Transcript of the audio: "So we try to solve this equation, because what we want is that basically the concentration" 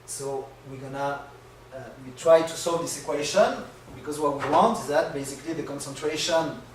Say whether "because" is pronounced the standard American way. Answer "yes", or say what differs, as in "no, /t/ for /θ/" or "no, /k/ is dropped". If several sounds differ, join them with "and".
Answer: yes